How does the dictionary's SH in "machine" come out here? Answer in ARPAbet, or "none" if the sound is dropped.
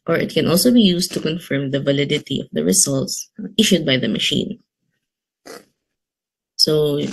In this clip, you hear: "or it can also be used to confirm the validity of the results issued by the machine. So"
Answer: SH